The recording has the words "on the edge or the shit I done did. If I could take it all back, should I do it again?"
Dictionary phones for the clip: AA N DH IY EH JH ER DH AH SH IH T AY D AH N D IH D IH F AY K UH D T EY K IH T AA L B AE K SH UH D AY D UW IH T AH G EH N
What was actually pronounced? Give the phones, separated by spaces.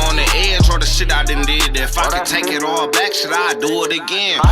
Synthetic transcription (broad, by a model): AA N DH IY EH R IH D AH S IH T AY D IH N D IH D IH F AY K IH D T EY K IH T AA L B AE K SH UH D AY D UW IH T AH G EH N